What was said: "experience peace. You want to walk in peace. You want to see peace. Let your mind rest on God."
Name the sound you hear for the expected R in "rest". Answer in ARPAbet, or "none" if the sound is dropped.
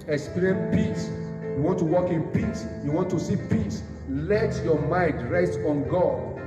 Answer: R